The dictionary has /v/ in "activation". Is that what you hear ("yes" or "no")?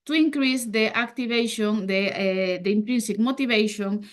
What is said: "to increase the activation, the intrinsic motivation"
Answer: no